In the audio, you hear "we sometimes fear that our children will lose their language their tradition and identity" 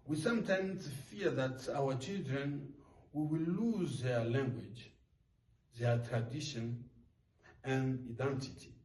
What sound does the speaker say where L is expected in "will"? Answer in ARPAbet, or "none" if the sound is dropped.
W